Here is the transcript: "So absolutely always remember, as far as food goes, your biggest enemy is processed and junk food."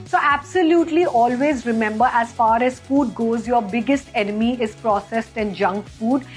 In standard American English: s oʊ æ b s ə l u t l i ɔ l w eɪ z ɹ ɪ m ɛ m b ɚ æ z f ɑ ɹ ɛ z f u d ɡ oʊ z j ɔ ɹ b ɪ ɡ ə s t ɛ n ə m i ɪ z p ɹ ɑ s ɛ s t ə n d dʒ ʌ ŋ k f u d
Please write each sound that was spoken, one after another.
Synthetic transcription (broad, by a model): s oʊ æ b s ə l u t l i ɔ l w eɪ z ɹ ɪ m ɛ m b ɚ æ z f ɑ ɹ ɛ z f u d ɡ oʊ z j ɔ ɹ b ɪ ɡ ə s t ɛ n ə m i ɪ z p ɹ ɑ s ɛ s t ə n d dʒ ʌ ŋ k f u d